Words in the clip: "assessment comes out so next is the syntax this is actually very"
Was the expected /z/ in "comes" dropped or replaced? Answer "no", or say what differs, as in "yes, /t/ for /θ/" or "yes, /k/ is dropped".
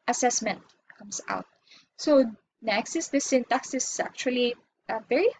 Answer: yes, /s/ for /z/